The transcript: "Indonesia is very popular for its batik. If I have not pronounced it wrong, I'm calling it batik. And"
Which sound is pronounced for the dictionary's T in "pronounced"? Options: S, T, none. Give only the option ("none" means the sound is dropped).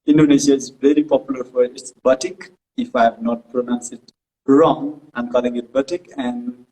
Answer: none